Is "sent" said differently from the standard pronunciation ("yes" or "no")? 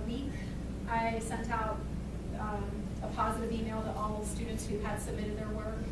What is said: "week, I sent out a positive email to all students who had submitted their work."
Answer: no